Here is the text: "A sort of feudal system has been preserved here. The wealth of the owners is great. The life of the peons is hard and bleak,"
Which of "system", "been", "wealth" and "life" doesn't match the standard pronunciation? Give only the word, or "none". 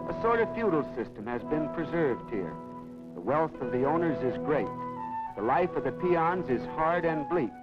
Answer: none